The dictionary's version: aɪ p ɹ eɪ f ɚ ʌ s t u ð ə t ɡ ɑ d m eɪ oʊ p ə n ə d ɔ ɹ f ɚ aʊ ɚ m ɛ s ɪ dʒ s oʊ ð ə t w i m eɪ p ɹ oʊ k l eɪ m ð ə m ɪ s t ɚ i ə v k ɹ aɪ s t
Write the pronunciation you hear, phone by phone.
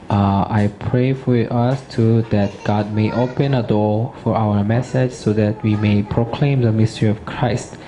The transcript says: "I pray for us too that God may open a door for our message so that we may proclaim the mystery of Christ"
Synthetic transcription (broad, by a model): aɪ p ɹ eɪ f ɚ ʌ s t u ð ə t ɡ ɑ d m eɪ oʊ p ə n ə d ɔ f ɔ aʊ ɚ m ɛ s ɪ dʒ s oʊ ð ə t w i m eɪ p ɹ oʊ k l eɪ m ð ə m ɪ s t ɚ i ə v k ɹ aɪ s t